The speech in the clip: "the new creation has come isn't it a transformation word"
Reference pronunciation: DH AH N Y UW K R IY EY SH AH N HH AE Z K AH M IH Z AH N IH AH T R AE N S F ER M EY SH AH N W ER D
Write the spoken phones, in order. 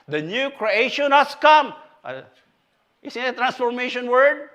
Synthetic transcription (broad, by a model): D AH N Y UW K R IY EY SH AH N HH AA S K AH M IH S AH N AH T R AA N S F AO M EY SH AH N W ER D